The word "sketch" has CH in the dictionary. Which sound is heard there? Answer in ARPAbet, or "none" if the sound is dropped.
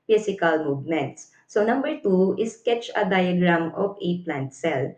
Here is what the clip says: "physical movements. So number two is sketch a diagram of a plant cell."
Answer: CH